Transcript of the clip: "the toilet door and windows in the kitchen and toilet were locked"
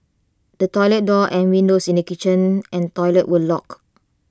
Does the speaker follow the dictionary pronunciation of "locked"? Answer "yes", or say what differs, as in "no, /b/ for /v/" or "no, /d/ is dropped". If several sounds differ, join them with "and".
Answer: no, /t/ is dropped